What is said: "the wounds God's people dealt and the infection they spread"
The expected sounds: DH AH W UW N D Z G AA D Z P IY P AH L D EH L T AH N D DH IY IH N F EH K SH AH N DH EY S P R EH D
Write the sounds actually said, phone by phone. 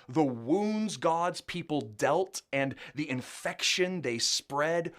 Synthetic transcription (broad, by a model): DH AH W UW N D Z G AA D Z P IY P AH L D EH L T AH N DH IY IH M F EH K SH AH N DH EY S P R EH D